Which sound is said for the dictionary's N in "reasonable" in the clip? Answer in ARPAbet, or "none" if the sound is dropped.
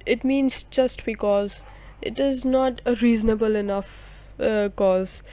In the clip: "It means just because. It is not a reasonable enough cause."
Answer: N